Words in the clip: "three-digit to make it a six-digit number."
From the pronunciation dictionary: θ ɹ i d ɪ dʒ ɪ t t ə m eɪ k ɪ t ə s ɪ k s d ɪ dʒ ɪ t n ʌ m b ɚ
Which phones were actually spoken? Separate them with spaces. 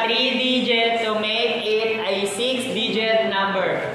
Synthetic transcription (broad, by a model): ɹ i d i dʒ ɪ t s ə m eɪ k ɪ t ə s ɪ k s d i dʒ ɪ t n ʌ m b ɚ